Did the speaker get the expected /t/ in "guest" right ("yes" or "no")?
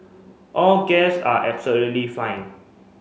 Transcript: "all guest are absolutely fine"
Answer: no